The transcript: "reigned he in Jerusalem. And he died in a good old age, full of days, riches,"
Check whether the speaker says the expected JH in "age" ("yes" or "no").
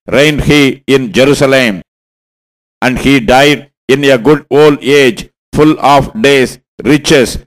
yes